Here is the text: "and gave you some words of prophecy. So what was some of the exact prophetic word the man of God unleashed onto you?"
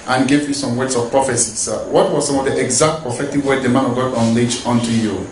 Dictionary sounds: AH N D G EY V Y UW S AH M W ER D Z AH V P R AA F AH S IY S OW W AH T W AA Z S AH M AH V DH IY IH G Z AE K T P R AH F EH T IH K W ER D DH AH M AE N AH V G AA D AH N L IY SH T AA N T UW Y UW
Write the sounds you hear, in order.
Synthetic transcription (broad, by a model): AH N G EY V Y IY S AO M W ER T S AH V P R AA F AH S IY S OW W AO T W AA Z S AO M AH V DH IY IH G Z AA K T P AH F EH T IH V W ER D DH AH M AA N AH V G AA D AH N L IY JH AA N T UW Y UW